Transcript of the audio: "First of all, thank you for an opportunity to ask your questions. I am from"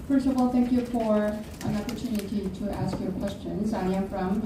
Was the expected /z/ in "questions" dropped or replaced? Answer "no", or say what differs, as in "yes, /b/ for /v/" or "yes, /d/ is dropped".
no